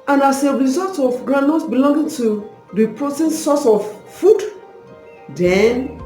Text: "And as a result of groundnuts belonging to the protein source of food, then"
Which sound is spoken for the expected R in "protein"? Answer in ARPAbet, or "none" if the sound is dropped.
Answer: R